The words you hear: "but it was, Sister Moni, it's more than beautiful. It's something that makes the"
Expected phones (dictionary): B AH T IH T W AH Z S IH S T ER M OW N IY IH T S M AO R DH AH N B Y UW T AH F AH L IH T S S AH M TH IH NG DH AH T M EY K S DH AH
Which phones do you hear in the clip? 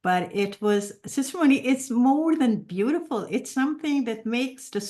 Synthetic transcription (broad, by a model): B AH T IH T W AH Z S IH S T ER M OW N IY IH T S M AO R DH AH N B Y UW T AH F AH L IH T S S AH M TH IH NG DH AH T M EY K S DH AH